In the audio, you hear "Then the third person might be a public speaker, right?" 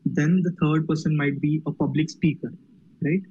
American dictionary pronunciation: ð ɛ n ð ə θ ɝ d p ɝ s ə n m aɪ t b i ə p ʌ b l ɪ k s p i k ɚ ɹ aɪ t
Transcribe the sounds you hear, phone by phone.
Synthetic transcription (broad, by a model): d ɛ n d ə t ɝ d p ɝ s ə n m aɪ t b i ə p ʌ b l ɪ k s p i k ɚ ɹ aɪ t